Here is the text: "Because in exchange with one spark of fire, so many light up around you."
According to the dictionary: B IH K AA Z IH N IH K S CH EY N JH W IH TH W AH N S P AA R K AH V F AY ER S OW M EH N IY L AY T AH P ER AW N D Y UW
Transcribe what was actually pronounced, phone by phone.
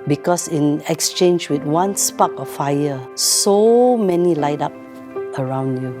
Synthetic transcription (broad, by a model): B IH K AA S IH N IH K S CH EY N JH W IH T W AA N S P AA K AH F AY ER S OW M EH N IY L AY T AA P ER AW N D Y UW